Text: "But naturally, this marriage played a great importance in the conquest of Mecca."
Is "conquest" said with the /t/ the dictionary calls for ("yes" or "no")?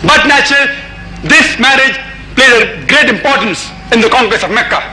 no